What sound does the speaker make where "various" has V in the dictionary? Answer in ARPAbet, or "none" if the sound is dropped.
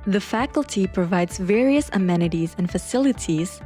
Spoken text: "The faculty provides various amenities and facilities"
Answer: V